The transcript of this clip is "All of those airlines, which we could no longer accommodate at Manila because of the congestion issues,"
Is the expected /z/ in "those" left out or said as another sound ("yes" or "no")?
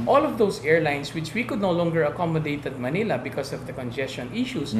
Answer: yes